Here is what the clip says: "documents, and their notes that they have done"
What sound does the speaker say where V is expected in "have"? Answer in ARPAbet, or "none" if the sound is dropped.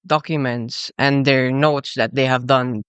V